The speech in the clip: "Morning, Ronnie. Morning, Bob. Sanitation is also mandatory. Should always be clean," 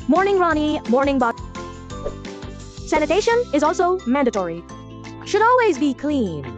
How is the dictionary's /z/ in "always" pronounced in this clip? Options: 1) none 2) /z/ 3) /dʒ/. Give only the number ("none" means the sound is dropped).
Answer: 2